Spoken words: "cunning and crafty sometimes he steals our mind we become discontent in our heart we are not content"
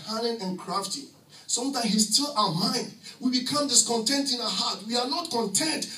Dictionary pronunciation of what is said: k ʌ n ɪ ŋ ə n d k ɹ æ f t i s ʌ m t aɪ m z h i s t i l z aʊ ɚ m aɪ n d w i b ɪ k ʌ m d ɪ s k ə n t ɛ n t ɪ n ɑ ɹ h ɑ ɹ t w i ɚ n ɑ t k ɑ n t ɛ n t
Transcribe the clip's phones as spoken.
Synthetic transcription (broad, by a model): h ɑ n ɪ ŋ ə n k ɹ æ f t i s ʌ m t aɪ h i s t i l aʊ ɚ m aɪ n d w i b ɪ k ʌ m d ɪ s k ə n t ɛ n t ɪ n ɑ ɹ h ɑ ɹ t w i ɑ n ɑ t k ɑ n t ɛ n t